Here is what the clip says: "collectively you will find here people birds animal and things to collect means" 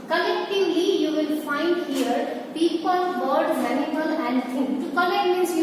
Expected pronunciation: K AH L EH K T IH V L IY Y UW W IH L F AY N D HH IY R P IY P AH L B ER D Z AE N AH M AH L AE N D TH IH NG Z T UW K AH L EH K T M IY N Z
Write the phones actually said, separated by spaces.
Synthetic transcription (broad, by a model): K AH L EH K T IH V L IY Y UW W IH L F AY N D HH IY R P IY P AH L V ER D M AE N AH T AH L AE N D T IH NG T UW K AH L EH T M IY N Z